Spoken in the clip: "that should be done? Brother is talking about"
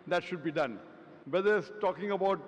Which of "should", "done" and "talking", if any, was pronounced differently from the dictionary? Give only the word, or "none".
none